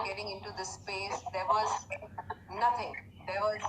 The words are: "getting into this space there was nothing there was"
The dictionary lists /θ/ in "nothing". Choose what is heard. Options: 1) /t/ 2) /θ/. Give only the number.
1